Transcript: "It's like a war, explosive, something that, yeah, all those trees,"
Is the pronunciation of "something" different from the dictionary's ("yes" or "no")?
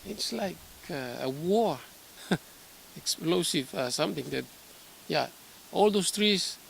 yes